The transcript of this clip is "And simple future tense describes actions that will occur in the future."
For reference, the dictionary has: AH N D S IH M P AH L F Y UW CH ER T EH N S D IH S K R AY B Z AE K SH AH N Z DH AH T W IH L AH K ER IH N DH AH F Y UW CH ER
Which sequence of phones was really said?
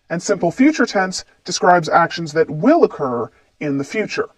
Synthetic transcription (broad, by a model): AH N S IH M P L F Y UW CH ER T EH N S D IH S K R AY B Z AE K SH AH N Z DH AH T W IH L AH K ER IH N DH AH F Y UW CH ER